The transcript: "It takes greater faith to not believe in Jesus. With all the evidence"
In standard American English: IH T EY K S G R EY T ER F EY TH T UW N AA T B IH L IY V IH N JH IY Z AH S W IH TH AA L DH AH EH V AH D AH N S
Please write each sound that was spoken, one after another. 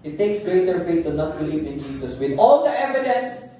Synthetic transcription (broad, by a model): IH T EY K S G R EY T ER F EY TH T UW N AA T B IH L IY V IH N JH IY S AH S W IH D AA L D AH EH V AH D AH N S